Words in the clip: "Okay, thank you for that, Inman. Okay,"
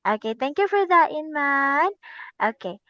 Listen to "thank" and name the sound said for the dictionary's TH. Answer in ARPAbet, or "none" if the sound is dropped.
T